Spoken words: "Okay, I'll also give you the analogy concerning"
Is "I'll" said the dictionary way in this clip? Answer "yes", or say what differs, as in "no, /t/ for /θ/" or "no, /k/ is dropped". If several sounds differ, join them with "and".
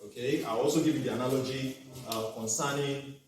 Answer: no, /w/ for /l/